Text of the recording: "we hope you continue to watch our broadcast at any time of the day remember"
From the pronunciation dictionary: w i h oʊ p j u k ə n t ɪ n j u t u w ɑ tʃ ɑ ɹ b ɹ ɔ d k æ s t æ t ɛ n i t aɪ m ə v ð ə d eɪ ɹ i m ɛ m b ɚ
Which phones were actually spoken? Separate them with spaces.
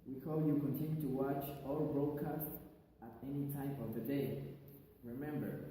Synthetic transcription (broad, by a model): w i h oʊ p j u k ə n t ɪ n j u t u w ɑ tʃ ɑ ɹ b ɹ ɔ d k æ s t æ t ɛ n i t aɪ m ə v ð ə d eɪ ɹ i m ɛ m b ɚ